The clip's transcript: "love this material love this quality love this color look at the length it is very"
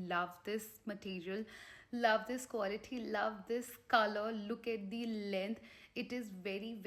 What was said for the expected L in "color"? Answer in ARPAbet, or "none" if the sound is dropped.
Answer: L